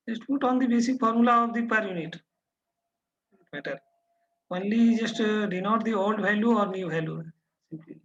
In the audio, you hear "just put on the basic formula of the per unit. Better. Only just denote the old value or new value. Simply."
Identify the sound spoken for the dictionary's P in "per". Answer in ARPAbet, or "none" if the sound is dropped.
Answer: P